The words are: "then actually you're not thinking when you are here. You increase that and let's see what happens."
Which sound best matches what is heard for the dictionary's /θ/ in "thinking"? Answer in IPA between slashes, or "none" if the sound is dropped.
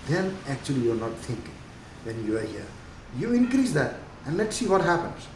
/t/